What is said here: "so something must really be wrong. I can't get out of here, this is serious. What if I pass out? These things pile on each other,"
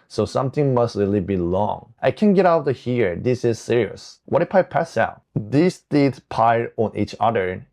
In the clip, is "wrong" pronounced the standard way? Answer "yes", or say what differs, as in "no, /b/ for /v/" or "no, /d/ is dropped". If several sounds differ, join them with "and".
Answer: no, /l/ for /ɹ/